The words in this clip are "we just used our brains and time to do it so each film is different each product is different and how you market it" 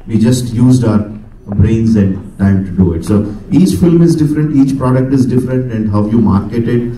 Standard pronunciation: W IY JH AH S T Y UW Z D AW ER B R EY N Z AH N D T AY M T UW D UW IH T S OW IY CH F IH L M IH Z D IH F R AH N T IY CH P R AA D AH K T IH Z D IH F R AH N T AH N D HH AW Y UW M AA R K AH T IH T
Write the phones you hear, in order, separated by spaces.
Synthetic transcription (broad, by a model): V IY JH AH S T Y UW Z D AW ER B R EY N Z AH N D T AY M T UW D UW IH T S OW IY CH F IH L M IH Z D IH F R AH N T IY CH P R AA D AH K T IH Z D IH F R AH N T AH N D HH AW Y UW M AA R K AH T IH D